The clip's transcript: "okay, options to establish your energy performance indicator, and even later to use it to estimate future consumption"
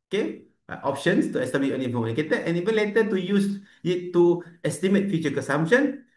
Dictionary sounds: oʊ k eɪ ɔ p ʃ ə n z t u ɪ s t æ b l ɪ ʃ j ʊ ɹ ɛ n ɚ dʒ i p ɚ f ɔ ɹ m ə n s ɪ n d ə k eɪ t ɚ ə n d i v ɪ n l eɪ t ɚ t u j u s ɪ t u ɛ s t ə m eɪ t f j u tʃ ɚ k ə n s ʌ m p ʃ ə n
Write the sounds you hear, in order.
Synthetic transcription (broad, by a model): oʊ k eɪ ɔ p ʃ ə n s t u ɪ s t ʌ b ɪ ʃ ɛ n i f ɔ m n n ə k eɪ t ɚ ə n i v ɪ n l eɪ t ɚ t u j u s ɪ t u ɛ s t ə m eɪ t f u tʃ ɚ k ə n s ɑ m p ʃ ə n